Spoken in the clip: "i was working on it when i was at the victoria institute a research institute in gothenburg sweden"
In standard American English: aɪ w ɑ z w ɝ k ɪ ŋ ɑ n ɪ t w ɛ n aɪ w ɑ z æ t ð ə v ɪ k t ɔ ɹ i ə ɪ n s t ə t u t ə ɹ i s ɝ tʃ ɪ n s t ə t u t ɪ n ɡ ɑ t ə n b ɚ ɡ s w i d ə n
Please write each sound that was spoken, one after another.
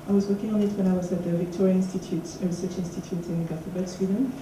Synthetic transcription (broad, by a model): aɪ w ɑ z w ɝ k ɪ ŋ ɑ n ɪ t w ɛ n aɪ w ɑ z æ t ð ə v ɪ k t ɔ ɹ i ə ɪ n s t ə t u t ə ɹ i s ɝ tʃ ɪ n s t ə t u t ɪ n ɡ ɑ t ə b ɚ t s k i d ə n